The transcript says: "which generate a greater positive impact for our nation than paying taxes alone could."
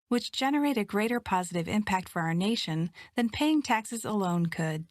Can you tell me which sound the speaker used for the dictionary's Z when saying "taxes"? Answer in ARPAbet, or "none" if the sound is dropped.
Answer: Z